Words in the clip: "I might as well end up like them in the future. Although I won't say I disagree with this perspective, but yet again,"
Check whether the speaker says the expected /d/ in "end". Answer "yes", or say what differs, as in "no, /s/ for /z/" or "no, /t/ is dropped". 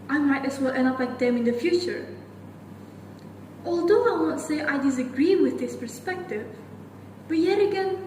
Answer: no, /d/ is dropped